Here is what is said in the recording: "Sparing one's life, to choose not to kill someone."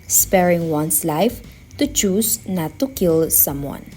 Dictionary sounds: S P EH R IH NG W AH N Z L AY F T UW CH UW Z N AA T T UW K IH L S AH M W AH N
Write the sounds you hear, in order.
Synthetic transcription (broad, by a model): S P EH R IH NG W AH N S L AY F T UW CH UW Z N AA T T UW K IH L S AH M W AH N